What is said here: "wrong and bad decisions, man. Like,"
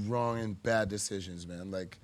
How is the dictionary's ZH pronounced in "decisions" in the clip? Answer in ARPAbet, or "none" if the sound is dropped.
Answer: ZH